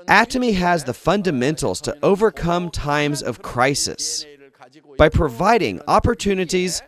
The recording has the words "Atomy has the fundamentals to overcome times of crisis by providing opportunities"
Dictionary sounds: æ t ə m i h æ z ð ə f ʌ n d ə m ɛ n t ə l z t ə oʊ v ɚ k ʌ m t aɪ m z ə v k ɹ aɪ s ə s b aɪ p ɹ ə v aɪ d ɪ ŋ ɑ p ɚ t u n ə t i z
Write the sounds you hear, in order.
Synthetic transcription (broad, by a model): æ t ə m i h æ z ð ə f ʌ n d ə m ɛ n t l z t ə oʊ v ɚ k ʌ m t aɪ m z ə v k ɹ aɪ s ə s b aɪ p ɹ ə v aɪ d ɪ ŋ ɑ p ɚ t u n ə t i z